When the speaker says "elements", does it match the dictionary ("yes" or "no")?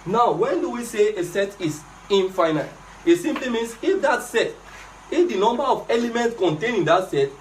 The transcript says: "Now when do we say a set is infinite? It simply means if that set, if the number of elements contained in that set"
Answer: yes